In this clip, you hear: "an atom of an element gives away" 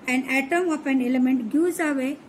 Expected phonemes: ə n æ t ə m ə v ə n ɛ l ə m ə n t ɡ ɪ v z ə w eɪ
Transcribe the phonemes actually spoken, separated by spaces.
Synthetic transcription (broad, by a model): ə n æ t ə m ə p ə n ɛ l ə m ə n t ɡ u z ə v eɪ